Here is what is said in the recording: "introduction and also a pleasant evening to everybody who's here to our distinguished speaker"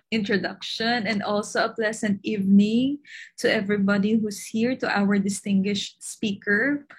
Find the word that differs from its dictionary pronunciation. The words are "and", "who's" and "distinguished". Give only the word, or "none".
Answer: who's